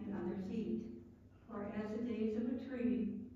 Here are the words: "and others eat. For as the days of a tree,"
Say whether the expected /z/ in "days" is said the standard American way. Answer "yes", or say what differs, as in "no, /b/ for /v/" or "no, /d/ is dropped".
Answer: yes